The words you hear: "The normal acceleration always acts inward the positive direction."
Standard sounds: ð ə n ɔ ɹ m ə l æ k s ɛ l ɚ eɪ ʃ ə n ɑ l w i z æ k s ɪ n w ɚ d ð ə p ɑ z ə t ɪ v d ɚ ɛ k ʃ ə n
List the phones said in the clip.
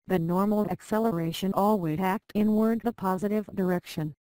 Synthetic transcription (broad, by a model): ð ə n ɔ ɹ m l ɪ k s ɛ l ɚ eɪ ʃ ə n ɑ l w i æ k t ɪ n w ɚ d ð ə p ɑ z ə t ɪ v d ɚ ɛ k ʃ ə n